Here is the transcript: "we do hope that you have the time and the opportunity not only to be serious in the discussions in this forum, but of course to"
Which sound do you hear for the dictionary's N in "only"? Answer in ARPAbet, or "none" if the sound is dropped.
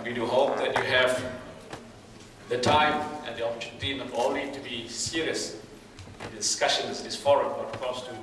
none